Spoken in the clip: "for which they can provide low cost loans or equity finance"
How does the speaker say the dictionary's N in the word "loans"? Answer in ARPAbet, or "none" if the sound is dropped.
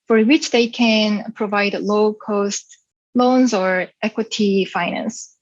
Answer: N